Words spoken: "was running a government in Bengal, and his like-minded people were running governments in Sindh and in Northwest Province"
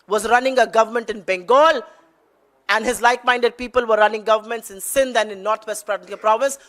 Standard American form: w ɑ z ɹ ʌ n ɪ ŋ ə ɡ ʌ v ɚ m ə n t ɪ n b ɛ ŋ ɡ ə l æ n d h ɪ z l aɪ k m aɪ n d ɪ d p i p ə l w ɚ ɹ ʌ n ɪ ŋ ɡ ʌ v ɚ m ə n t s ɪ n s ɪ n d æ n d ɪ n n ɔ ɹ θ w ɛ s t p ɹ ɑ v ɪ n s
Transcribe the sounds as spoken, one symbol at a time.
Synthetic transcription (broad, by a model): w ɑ z ɹ ʌ n ɪ ŋ ə ɡ ʌ v ɚ m ə n t ɪ n b ɛ ŋ ɡ ə l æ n d h ɪ z l aɪ k m aɪ n d ɪ d p i p ə l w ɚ ɹ ʌ n ɪ ŋ ɡ ʌ v ɚ m ə n t s ɪ n s ɪ n d æ n d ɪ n n ɔ ɹ t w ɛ s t p ɹ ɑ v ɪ n s